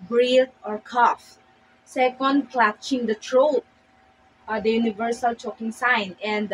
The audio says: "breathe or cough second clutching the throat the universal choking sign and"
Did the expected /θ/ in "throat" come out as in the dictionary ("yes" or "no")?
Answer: no